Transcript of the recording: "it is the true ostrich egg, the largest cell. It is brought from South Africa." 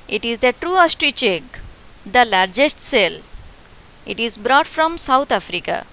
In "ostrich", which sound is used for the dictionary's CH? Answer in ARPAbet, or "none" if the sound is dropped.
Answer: CH